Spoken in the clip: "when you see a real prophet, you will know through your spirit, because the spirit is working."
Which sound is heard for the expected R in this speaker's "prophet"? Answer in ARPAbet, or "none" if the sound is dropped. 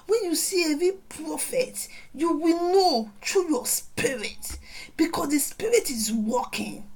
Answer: R